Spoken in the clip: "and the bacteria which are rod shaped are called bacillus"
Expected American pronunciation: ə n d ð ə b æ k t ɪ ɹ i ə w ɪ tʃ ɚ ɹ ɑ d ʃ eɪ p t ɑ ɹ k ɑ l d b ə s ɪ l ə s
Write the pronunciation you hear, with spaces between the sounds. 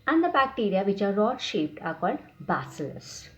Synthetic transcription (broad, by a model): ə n d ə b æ k t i ɹ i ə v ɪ tʃ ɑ ɹ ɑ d ʃ eɪ p t ɑ ɹ k ɑ l d b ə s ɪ l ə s